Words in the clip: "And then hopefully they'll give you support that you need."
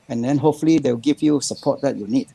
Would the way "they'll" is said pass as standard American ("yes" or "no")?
no